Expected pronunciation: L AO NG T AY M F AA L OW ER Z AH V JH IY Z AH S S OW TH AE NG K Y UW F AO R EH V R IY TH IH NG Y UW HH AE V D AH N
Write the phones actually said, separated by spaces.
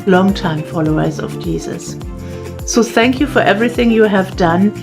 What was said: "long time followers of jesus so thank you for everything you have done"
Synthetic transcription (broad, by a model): L AO NG T AY M F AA L OW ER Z AH V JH IY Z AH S S OW TH AE NG K Y UW F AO R EH V R IY TH IH NG Y UW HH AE V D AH N